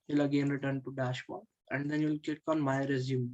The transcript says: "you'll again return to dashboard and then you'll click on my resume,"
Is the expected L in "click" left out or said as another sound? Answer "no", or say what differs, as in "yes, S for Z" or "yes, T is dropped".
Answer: yes, L is dropped